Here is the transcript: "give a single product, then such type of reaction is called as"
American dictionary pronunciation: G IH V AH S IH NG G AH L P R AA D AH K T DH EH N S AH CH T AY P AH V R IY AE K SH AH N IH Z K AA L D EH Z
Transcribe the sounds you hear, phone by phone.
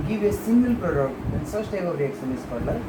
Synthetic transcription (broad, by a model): G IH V AH S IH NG G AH L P R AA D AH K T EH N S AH S T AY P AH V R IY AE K S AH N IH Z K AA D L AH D